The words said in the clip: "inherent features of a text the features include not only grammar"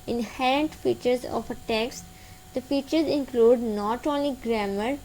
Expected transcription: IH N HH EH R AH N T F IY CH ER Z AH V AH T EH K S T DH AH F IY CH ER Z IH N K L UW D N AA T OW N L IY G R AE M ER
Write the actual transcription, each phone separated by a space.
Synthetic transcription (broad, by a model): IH N HH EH R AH N T F IY CH ER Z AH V AH T EH K S T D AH F IY CH ER Z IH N K L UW D N AA T OW N L IY G R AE M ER